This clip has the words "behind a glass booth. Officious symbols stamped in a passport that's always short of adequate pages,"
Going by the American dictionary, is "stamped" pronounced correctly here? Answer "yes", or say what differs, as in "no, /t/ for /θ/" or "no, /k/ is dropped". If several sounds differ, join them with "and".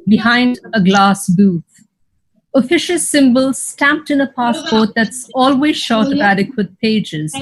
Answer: yes